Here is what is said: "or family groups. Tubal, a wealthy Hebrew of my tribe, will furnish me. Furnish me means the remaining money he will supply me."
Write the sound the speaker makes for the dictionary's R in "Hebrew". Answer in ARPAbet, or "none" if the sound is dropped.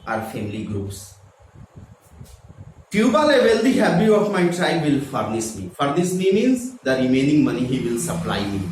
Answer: none